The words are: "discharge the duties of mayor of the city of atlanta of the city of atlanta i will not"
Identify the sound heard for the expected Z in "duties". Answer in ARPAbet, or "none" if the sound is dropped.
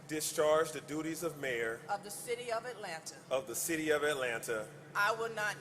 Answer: Z